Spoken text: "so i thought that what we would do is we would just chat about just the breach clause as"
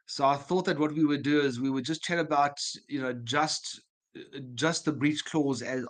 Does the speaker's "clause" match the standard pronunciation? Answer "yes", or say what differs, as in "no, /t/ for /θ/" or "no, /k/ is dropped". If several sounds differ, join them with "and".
yes